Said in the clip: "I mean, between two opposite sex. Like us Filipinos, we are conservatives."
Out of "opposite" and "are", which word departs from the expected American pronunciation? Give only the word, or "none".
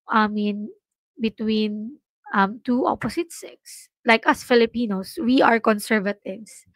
opposite